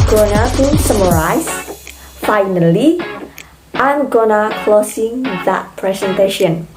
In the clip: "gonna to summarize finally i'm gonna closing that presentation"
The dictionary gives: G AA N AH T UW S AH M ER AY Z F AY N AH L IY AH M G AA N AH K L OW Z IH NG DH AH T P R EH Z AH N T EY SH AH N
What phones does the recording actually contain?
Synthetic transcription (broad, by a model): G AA N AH T UW S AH M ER AY S F AY N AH L IY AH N G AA N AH K L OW S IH NG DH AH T P R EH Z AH N T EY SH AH N